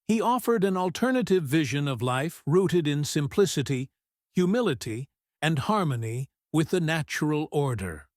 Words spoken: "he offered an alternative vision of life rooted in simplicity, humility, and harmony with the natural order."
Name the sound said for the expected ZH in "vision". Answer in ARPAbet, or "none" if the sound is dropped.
ZH